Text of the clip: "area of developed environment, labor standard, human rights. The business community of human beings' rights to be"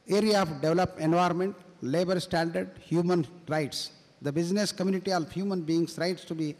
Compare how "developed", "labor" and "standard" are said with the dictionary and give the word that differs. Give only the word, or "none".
developed